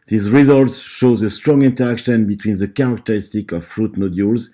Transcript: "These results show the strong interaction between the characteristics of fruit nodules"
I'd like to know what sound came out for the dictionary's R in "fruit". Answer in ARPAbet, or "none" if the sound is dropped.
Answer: R